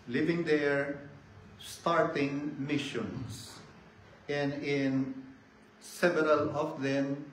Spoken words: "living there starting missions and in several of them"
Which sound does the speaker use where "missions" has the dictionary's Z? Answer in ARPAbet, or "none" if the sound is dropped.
S